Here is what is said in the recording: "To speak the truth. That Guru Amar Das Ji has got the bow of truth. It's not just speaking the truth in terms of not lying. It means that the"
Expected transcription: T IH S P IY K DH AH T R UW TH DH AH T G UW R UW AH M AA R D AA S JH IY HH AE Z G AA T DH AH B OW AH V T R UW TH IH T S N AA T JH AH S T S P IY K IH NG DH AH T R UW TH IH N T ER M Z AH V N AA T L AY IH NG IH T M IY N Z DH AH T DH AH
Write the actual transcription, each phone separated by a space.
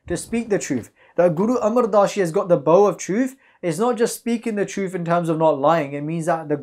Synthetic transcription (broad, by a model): T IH S P IY K DH AH T R UW TH DH AH T G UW R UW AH M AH R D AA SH IY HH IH Z G AA T DH AH B OW AH V T R UW TH IH T S N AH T JH AH S T S P IY K IH NG DH AH T R UW TH IH N T ER M Z AH V N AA T L AY IH NG IH T M IY N Z DH AH T DH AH